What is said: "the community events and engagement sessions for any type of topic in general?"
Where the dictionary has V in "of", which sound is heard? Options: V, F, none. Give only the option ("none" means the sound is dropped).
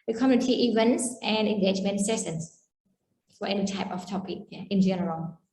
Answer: F